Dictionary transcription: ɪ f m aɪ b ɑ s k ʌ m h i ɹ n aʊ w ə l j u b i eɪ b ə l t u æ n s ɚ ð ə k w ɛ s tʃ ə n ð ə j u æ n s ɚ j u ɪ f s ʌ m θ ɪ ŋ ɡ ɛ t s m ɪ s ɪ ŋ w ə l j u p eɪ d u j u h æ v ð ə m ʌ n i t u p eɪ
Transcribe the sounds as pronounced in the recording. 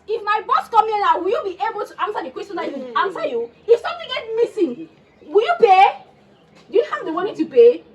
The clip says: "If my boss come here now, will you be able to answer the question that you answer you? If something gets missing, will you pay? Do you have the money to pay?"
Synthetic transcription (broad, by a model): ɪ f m aɪ b ɑ s k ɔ m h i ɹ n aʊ w ə l j u b i eɪ b ə l t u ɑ n s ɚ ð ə k w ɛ s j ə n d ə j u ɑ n s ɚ j u ɪ f s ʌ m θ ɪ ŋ ɡ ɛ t m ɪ s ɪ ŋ w ə l j u p eɪ d u j u h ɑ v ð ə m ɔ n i t u p eɪ